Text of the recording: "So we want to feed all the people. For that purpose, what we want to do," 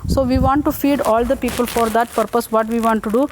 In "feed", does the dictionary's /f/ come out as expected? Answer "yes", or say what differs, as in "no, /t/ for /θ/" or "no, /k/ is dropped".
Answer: yes